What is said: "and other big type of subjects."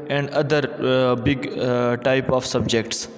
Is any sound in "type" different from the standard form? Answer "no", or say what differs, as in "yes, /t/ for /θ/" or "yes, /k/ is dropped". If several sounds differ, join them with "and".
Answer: no